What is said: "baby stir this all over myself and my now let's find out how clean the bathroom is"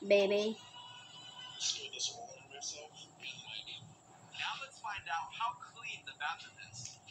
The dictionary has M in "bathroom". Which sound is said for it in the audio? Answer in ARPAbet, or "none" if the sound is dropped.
none